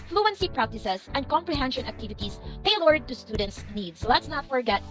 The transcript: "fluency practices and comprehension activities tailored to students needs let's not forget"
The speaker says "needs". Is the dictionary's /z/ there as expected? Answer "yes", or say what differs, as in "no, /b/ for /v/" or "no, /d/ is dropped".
no, /s/ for /z/